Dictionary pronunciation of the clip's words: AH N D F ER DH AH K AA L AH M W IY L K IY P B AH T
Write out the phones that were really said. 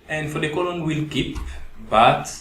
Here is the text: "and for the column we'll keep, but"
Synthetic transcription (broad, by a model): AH N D F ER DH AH K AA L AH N W IY L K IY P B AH T